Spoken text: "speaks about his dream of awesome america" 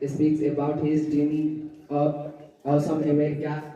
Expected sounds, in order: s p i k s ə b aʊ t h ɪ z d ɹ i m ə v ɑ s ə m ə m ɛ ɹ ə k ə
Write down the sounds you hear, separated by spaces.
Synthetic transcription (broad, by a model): s p i k s ə b aʊ t h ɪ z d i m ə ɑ ə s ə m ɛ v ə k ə